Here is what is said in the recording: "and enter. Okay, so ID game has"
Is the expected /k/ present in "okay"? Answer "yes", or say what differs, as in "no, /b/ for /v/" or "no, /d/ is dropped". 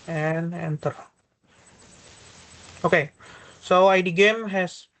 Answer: yes